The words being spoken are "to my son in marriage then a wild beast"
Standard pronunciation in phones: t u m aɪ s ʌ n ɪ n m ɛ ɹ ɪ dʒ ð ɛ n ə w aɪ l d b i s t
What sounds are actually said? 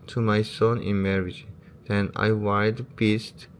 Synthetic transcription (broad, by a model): t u m aɪ s ʌ n ɪ n m ɛ ɹ ɪ dʒ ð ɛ n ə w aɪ d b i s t